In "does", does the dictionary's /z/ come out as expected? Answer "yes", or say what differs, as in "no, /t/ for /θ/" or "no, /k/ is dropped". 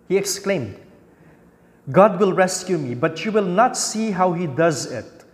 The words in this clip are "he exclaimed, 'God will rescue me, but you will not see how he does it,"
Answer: yes